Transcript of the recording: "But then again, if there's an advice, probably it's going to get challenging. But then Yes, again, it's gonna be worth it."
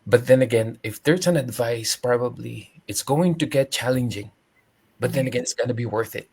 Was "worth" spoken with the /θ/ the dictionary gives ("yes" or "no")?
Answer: yes